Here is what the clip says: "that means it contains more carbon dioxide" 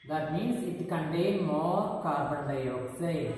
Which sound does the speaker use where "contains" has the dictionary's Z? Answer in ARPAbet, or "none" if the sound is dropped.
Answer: none